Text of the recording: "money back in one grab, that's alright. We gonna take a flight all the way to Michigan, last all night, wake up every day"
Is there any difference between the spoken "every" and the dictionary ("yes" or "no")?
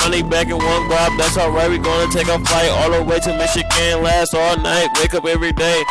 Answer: no